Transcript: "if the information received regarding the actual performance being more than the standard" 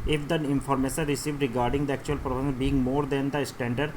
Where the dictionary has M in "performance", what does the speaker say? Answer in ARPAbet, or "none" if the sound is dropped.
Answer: none